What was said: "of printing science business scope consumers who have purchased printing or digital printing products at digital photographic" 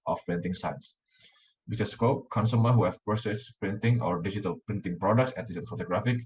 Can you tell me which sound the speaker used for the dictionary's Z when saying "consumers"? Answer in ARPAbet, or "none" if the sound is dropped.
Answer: none